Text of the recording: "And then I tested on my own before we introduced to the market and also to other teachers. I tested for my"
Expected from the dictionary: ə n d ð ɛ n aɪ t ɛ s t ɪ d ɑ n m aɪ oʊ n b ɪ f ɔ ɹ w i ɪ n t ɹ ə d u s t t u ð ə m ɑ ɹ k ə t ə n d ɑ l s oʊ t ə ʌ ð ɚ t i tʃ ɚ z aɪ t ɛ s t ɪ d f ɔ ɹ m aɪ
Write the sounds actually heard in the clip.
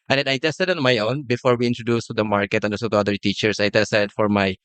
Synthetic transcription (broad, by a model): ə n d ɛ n aɪ t ɛ s t ɪ d ɑ n m aɪ oʊ n b ɪ f ɔ ɹ w i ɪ n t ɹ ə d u s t t u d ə m ɑ ɹ k ə t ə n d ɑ s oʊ t ə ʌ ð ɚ t i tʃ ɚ s aɪ t ɛ s t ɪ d f ɔ ɹ m aɪ